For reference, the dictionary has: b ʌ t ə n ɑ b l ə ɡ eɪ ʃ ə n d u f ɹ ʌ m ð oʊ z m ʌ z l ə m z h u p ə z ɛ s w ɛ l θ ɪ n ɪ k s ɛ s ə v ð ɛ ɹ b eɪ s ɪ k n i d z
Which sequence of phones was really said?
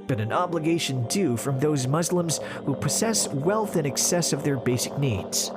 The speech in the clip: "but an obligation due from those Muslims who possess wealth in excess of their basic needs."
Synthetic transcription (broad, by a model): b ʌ t ə n ɑ b l ə ɡ eɪ ʃ ə n d u f ɹ ʌ m ð oʊ z m ʌ z l ə m z h u p ə z ɛ s w ɛ l θ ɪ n ɪ k s ɛ s ə v ð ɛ ɹ b eɪ s ɪ k n i d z